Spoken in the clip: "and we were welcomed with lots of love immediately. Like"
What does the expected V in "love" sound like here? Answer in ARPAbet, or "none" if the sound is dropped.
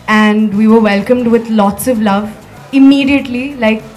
V